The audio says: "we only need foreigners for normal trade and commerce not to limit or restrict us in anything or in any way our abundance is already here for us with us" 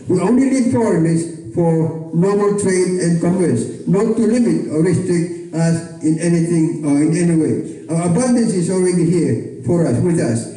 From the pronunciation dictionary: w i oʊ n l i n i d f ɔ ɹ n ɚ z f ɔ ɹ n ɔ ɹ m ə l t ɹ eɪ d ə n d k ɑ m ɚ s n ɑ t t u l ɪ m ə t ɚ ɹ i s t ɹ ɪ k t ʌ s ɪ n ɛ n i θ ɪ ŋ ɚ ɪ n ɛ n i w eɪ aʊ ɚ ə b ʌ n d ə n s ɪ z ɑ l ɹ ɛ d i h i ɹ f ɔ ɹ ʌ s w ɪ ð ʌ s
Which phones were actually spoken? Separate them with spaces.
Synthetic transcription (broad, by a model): w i oʊ n l i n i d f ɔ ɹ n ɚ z f ɔ ɹ n ɔ ɹ m ə l t ɹ eɪ d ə n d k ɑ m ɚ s n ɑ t t u l ɪ m ə t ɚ ɹ i s t ɹ ɪ k t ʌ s ɪ n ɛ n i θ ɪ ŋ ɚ ɪ n ɛ n i w eɪ aʊ ɚ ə b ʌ n d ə n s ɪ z ɑ l ɹ ɛ d i h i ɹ f ɔ ɹ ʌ s w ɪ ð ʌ s